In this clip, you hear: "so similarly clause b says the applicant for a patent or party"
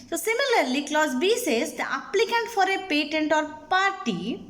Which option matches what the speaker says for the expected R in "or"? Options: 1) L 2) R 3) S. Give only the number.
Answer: 2